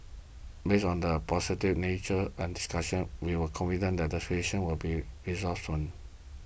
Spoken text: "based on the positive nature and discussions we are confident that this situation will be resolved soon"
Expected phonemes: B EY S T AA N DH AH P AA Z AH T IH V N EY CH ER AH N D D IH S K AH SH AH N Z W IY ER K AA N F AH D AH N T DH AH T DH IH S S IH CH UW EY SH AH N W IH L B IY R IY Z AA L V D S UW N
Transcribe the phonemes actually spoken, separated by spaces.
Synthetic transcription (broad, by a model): B EY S AA N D AH P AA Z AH T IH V N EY CH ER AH N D D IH S K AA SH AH N W IY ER K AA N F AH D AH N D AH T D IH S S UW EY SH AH N W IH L B IY R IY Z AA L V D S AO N